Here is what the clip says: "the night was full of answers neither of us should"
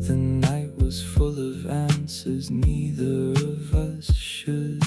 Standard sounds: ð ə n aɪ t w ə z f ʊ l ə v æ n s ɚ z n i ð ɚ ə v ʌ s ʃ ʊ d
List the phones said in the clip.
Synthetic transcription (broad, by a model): ð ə n aɪ t w ə z f ʊ l ə v æ n s ɚ z n i ð ɚ ə v ʌ s ʃ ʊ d